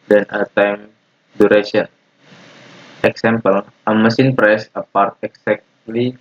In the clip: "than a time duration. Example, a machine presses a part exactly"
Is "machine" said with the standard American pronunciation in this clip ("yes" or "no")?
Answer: no